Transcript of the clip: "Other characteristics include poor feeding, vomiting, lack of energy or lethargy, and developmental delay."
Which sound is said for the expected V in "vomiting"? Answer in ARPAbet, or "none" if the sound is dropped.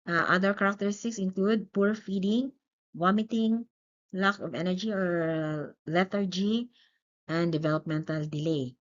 W